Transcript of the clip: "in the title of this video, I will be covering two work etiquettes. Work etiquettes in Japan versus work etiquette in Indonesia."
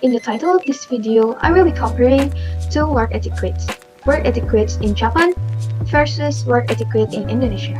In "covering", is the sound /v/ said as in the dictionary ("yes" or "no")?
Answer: no